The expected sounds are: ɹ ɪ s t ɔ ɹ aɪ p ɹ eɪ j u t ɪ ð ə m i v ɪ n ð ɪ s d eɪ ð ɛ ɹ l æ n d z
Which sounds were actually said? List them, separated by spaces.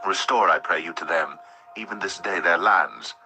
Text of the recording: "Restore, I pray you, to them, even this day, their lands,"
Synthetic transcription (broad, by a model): ɹ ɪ s t ɔ ɹ aɪ p ɹ eɪ j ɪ t ɪ ð ə m i v ɪ n ð ɪ s d eɪ ð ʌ ɹ l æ n d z